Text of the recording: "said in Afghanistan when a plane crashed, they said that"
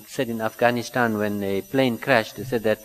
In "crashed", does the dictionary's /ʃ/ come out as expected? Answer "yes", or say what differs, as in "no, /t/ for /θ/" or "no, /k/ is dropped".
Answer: yes